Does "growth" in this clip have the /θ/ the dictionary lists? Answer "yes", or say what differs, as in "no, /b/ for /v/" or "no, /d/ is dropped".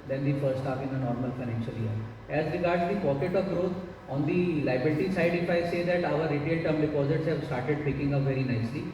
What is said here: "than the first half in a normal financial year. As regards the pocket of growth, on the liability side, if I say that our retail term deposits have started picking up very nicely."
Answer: no, /t/ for /θ/